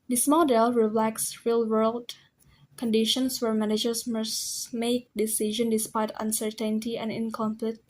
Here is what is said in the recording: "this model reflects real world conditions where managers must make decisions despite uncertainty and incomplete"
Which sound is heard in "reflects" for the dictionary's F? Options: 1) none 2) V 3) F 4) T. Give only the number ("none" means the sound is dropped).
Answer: 1